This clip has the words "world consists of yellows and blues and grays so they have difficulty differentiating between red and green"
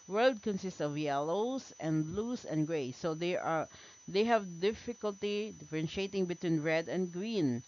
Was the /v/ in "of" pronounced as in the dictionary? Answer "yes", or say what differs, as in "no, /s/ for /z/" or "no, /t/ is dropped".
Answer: yes